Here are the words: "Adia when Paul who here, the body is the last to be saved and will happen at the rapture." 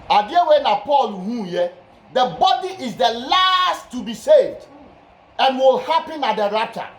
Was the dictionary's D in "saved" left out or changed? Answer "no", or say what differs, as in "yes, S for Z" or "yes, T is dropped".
no